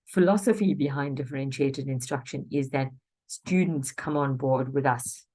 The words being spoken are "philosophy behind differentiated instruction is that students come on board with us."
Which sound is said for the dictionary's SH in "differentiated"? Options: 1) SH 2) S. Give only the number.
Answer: 1